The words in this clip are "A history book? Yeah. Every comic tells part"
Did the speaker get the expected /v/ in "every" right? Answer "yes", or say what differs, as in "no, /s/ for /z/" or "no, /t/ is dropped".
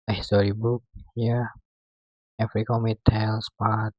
no, /f/ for /v/